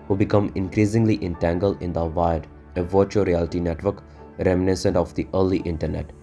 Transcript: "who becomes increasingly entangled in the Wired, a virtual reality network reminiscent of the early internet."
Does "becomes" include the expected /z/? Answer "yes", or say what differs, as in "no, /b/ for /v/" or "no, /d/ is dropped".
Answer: no, /z/ is dropped